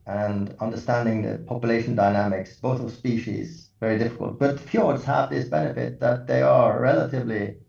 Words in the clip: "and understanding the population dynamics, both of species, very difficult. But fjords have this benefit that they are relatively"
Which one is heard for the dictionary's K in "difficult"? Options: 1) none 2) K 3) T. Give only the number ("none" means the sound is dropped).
2